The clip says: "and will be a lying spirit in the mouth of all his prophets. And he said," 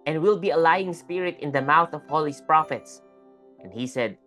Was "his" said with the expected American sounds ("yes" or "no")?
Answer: no